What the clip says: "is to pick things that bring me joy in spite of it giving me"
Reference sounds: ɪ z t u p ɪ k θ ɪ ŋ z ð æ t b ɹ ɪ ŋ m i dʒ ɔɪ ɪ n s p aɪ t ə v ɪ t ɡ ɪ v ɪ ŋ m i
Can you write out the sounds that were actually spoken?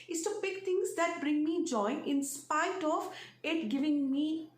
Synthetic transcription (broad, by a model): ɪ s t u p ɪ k t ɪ ŋ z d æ t b ɹ ɪ ŋ m i dʒ ɔɪ ɪ n s p aɪ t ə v ɪ t ɡ ɪ v ɪ ŋ m i